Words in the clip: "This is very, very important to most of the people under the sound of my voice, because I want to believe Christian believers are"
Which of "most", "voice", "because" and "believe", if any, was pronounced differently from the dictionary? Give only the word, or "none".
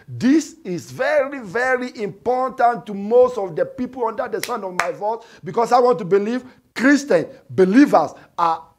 because